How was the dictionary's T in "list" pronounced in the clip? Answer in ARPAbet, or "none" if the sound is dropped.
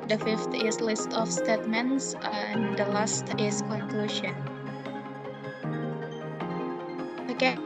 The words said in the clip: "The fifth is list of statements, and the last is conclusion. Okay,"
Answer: T